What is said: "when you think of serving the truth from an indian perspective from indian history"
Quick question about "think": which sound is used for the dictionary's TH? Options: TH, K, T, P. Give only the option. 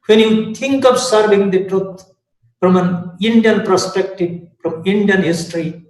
T